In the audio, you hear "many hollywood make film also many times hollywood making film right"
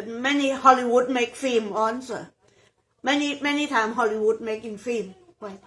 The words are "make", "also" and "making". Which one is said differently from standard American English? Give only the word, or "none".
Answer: also